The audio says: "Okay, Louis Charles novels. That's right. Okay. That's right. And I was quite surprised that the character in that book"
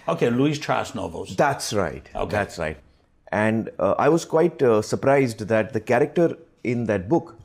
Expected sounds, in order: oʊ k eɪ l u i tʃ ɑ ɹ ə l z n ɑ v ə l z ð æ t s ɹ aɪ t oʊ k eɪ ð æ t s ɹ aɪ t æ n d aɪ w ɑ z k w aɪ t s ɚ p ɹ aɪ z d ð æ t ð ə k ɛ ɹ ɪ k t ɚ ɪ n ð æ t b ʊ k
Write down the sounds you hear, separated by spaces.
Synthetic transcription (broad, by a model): oʊ k eɪ l u i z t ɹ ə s n ɑ v ə l z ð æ t s ɹ aɪ t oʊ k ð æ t s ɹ aɪ t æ n d aɪ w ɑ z k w aɪ t s ɚ p ɹ aɪ z d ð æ t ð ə k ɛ ɹ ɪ k t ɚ ɪ n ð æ t b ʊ k